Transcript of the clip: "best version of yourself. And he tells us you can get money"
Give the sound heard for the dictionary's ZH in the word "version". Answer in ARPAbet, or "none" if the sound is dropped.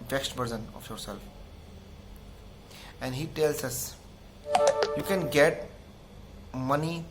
Z